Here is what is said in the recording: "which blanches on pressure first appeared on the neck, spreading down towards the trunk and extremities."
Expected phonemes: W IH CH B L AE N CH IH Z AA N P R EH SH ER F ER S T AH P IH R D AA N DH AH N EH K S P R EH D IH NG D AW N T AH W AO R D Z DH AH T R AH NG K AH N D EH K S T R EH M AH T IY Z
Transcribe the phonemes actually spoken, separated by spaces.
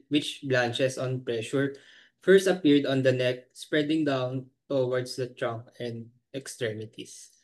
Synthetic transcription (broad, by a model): W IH CH B L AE N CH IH S AA N P R EH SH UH F ER S T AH P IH R D AA N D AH N EH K S P R EH D IH NG D AW N T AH W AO R D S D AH T R AH NG K AH N D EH K S T R EH M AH T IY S